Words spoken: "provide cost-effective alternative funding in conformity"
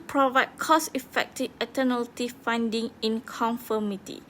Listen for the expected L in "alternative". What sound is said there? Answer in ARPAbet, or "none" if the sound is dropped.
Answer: none